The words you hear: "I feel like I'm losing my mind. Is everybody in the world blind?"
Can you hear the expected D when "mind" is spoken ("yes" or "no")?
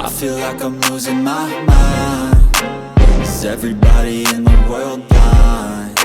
no